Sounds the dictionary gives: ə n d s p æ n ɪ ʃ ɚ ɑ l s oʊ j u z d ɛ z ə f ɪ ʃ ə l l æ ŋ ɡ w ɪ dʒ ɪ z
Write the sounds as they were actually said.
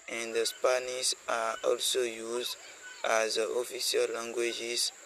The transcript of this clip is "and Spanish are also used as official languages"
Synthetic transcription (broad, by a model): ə n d s p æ n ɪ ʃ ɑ ɑ l s oʊ j u z d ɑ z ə f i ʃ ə l l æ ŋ ɡ w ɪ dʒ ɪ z